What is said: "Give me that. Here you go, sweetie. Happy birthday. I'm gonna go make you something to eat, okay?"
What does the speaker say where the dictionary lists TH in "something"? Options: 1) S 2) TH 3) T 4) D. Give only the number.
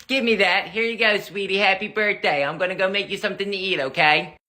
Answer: 2